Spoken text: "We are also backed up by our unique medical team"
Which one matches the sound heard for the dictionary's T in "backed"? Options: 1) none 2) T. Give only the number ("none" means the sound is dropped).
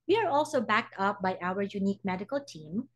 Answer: 2